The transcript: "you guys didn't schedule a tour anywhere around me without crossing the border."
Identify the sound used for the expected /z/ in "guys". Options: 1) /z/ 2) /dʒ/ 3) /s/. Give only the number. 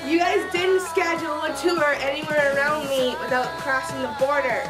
3